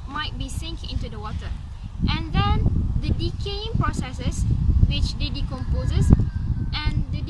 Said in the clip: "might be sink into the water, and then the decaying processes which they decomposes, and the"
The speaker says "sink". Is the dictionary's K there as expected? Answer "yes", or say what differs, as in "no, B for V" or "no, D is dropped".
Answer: yes